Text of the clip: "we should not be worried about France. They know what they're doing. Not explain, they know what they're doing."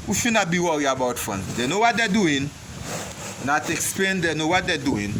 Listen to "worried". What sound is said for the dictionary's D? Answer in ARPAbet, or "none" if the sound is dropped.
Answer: none